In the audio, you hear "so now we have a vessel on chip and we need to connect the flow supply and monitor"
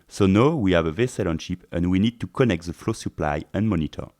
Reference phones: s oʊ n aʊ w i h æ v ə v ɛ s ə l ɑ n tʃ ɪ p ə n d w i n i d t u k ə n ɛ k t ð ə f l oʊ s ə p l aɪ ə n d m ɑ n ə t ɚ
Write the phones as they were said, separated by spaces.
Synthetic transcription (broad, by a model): s oʊ n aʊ w i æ v ə v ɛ s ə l ɑ n ʃ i p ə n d w i n i d t u k ə n ɛ k t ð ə f l oʊ s ə p l aɪ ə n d m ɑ n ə t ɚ